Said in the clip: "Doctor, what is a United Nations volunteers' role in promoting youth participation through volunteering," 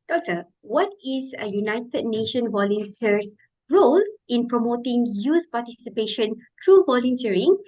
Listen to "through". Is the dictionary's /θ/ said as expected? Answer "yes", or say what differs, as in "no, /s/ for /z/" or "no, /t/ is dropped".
no, /t/ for /θ/